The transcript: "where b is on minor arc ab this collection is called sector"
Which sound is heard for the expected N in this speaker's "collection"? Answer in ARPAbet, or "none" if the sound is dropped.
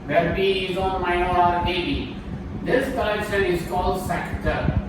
L